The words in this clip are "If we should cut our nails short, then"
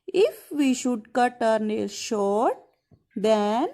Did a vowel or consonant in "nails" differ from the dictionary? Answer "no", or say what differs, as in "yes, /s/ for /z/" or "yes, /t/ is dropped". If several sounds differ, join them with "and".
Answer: yes, /l/ is dropped